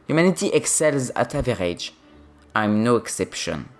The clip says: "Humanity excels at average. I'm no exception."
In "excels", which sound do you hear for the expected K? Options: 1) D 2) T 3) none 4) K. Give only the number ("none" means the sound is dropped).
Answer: 4